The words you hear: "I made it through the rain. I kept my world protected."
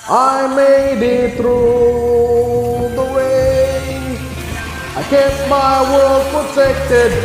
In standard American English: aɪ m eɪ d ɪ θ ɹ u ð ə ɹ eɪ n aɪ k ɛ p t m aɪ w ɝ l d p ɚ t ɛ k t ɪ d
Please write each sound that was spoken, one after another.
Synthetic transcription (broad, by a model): aɪ m eɪ d ɪ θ ɹ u ð ə w eɪ aɪ k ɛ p m aɪ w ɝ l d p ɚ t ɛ k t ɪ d